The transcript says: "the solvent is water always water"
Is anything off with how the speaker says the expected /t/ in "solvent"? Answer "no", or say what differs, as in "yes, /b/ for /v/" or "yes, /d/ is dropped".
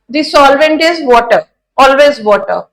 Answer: no